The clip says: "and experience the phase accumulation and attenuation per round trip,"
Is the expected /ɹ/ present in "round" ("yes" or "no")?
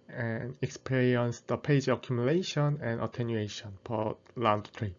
no